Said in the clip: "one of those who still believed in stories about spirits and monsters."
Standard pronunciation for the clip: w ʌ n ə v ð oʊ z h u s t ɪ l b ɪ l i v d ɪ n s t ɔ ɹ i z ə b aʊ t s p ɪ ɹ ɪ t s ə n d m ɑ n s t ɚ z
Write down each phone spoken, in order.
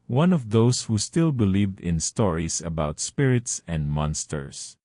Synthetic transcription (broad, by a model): w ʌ n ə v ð oʊ s h u s t ɪ l b ɪ l i v d ɪ n s t ɔ ɹ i s ə b aʊ t s p ɪ ɹ ɪ t s ə n d m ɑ n s t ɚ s